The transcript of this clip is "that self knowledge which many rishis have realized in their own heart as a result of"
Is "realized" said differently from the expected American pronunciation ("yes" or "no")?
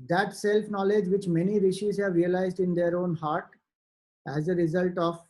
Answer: no